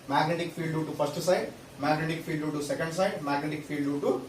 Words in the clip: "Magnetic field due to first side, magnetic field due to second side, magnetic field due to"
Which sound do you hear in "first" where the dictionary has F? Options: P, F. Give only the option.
P